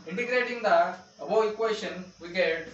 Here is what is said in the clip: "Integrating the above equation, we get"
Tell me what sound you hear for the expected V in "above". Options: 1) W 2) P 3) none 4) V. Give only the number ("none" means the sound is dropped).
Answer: 3